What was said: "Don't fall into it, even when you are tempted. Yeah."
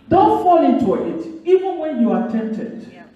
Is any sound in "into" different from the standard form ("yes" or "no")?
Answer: no